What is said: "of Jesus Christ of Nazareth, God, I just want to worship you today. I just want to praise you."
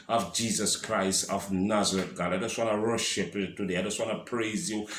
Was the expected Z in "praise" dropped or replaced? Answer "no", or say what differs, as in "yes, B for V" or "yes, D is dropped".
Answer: no